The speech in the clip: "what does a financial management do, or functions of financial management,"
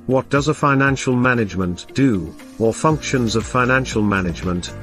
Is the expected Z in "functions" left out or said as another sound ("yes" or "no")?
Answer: no